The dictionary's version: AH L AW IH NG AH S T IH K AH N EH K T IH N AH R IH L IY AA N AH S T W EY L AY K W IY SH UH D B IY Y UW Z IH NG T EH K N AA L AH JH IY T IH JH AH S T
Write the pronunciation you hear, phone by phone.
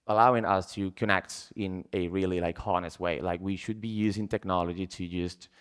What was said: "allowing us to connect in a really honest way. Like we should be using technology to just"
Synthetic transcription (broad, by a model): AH L AW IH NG AH S T IH K AH N EH K T IH N AH R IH L IY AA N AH S T W EY L AY K W IY SH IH D B IY Y UW Z IH NG T EH K N AA L AH JH IY T IH JH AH S T